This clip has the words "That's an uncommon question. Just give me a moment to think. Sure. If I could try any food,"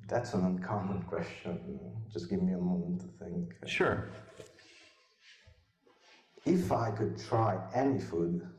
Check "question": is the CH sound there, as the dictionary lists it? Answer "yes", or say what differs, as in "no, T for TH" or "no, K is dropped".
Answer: yes